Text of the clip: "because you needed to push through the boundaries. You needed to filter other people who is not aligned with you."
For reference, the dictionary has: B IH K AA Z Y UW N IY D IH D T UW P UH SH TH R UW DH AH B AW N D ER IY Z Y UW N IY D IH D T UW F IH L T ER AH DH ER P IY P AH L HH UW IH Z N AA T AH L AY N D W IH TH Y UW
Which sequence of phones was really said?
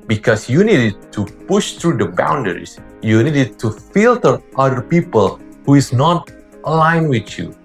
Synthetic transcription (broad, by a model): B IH K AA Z Y UW N IY D IH D T UW P UH SH T R UW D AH B AW N D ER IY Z Y UW N IY D IH D T UW F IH L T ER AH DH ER P IY P AH L HH UW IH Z N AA T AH L AY N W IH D Y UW